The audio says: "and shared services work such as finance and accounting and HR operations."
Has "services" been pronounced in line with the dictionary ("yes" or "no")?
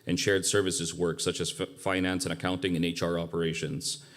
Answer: yes